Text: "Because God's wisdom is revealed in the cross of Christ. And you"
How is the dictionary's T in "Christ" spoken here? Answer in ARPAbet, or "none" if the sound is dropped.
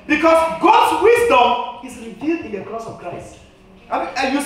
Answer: T